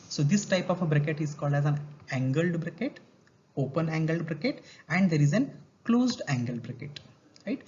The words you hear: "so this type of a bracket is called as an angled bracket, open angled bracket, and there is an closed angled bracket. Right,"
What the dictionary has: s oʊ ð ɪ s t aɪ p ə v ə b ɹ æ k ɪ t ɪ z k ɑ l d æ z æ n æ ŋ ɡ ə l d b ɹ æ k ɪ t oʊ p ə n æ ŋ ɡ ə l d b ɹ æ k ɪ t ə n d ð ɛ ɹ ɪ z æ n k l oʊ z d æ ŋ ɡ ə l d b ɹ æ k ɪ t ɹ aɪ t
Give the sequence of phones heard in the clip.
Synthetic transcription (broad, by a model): s oʊ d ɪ s t aɪ p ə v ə b ɹ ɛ k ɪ t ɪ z k ɑ l d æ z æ n æ ŋ ɡ ə l d b ɹ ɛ k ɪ t oʊ p ə n æ ŋ ɡ ə l d b ɹ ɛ k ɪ t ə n d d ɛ ɹ ɪ z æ n k l oʊ z d æ ŋ ɡ ə l d b ɹ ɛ k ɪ t ɹ aɪ t